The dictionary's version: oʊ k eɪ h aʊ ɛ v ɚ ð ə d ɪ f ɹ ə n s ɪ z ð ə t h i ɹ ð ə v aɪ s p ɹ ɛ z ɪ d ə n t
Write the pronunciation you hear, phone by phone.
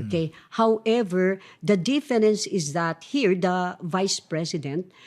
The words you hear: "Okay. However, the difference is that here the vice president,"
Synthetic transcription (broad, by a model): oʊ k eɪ h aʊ ɛ v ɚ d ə d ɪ f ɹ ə n s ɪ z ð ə t h i ɹ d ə v aɪ s p ɹ ɛ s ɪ d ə n t